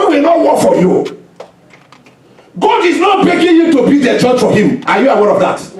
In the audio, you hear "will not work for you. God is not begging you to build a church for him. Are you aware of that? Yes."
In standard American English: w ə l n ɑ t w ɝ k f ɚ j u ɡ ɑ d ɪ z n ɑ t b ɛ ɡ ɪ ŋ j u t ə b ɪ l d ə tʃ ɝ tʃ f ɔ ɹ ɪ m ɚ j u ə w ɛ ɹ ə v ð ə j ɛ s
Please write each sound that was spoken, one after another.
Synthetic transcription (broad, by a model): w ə n ɑ t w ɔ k f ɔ j u ɡ ɑ d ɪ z n ɑ t b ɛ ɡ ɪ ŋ j u t ə b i d ə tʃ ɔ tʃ f ɔ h ɪ m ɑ j u ə w ɛ ɹ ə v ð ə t